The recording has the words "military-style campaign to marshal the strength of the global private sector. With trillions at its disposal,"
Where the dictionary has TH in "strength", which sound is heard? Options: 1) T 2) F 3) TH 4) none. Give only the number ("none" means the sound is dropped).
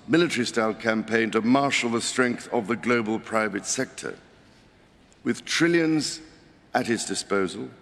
3